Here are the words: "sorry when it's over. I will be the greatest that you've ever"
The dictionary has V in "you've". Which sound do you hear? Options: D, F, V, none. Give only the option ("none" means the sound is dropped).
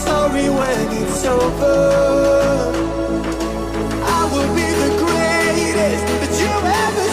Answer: none